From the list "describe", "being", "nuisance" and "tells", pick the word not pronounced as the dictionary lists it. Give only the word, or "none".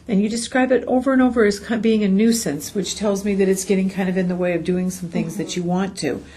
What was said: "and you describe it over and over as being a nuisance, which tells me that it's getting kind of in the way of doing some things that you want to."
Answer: none